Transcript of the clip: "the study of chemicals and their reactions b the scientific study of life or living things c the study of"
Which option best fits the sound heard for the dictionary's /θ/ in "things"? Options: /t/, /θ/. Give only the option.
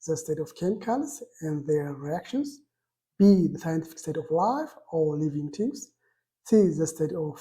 /t/